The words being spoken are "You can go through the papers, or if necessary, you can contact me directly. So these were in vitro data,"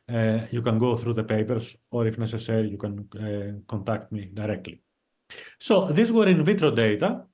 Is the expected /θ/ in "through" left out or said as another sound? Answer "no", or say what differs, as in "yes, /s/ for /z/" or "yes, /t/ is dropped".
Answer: no